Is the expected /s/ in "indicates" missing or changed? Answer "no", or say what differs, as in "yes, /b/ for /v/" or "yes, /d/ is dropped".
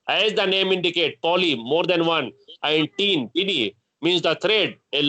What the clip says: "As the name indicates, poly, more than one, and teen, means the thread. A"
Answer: yes, /s/ is dropped